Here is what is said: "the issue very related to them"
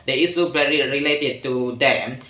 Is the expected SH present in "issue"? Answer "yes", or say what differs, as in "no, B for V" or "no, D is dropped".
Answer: no, S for SH